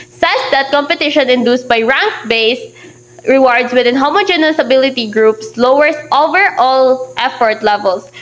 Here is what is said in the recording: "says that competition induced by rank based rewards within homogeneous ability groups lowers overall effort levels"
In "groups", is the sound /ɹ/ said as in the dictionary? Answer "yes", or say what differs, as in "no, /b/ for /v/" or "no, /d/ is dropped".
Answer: yes